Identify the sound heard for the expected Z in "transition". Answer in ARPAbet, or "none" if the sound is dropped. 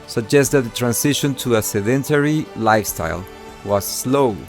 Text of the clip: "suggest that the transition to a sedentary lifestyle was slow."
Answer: S